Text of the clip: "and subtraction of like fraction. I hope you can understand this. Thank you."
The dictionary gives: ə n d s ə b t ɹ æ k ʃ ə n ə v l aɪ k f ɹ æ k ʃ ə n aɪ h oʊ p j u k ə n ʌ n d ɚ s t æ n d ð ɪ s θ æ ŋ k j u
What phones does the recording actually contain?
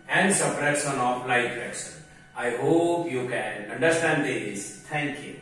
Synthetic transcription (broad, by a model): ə n d s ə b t ɹ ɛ ʃ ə n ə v l aɪ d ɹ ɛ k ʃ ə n aɪ h oʊ p j u k ə n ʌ n d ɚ s t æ n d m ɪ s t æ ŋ k j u